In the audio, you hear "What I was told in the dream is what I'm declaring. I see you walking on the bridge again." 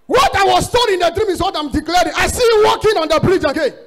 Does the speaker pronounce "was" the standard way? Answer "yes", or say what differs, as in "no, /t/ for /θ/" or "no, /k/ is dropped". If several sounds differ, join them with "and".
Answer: no, /s/ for /z/